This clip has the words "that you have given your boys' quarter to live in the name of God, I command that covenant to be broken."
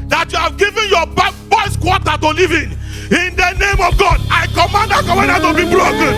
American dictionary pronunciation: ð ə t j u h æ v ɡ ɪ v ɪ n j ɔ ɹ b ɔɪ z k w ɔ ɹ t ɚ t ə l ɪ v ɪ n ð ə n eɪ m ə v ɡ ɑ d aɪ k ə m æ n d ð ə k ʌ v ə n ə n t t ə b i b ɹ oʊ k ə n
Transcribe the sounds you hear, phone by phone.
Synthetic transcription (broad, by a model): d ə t j u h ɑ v ɡ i v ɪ n j ɔ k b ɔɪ s k w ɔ t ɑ t ə l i v ɪ n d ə n eɪ m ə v ɡ ɑ d aɪ k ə m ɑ n d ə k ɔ w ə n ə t t ə b i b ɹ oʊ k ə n